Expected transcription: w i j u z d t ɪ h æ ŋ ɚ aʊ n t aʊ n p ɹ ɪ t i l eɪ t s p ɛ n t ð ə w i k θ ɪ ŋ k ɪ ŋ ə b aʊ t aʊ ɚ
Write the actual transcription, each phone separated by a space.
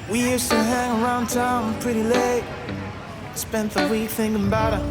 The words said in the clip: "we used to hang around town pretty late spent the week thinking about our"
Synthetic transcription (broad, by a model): w i j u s t ɪ h æ ŋ ɚ aʊ n t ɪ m p ɹ ɪ t i l eɪ t s p ɛ n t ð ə w i k θ ɪ ŋ k ɪ ŋ b aʊ t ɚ